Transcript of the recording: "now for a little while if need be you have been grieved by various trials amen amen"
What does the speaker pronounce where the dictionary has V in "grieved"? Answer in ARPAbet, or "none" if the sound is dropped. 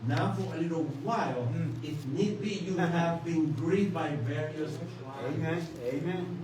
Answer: none